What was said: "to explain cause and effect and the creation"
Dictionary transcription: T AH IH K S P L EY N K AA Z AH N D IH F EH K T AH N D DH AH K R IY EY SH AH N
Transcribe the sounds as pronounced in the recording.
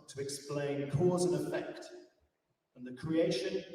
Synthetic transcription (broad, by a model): T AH IH K S P L EY N K AA Z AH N IH F EH K T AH N DH AH K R IY EY SH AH N